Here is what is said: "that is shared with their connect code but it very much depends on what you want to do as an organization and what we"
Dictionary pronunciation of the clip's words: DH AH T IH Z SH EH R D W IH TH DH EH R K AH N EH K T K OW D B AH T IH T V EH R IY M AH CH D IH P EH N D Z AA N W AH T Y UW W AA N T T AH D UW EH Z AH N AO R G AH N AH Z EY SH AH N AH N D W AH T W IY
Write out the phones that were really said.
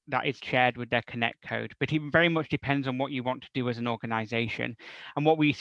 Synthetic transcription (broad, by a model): DH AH T IH Z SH EH R D W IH DH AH R K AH N EH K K OW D B AH T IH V V EH R IY M AH CH D IH P EH N D Z N W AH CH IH W AA N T T AH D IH Z AH N AO R G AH N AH Z EY SH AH N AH N W AH T W IY